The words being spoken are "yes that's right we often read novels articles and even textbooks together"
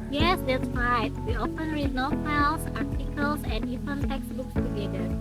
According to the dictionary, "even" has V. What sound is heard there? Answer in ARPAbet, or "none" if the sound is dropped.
F